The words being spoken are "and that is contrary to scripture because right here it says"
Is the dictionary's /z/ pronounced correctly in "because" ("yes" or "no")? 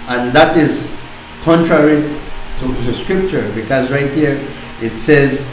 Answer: yes